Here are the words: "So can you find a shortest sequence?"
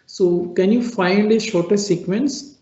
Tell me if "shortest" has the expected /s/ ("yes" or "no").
no